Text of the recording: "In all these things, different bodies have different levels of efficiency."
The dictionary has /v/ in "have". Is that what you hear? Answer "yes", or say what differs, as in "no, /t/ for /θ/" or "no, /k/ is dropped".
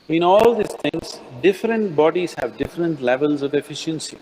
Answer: yes